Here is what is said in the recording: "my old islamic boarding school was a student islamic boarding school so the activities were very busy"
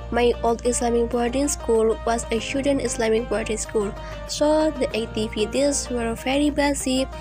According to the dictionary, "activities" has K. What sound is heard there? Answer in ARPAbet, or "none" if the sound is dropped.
none